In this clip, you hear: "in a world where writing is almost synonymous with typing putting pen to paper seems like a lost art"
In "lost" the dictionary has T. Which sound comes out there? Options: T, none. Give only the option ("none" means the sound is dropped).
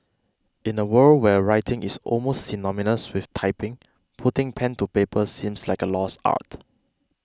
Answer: none